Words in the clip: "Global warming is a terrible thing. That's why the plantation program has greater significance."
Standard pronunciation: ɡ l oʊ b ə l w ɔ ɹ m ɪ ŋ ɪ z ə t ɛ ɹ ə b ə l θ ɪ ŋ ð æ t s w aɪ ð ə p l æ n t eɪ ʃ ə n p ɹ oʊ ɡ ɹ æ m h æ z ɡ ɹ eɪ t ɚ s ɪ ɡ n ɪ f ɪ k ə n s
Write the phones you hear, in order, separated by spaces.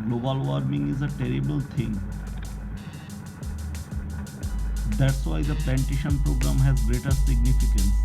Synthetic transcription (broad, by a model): ɡ l oʊ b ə l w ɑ ɹ m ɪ ŋ ɪ z ə t ɛ ɹ ə b ə l t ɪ ŋ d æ t s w aɪ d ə p l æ n t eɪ ʃ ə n p ɹ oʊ ɡ ɹ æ m h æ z ɡ ɹ eɪ t ɚ s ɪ ɡ n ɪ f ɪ k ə n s